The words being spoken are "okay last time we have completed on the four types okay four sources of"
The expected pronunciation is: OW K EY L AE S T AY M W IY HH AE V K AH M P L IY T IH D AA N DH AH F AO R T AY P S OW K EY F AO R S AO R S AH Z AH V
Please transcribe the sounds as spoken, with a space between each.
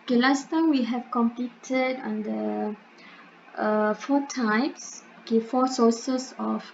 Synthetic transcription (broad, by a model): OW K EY L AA S T AY M W IY HH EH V K AH M P L IY T IH D AA N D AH F AO T AY P S OW K EY F AO S AO S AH S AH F